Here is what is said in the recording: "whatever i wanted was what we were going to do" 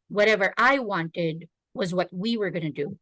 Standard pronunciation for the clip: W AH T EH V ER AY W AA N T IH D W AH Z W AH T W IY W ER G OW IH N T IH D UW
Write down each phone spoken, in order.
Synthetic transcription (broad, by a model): W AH T EH V ER AY W AA N T IH D W AH Z W AH T W IY W ER G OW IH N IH D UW